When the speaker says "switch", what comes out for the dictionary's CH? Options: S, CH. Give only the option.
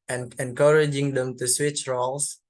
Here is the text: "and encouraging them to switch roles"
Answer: CH